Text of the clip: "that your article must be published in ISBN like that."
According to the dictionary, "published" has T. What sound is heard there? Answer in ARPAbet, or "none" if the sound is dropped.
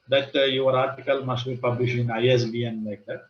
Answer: none